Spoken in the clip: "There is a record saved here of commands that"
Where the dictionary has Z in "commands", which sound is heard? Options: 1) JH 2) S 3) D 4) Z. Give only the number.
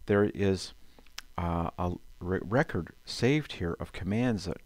4